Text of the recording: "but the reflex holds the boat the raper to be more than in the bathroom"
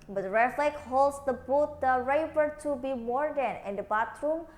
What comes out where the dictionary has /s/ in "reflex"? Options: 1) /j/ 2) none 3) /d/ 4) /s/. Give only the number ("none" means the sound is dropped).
2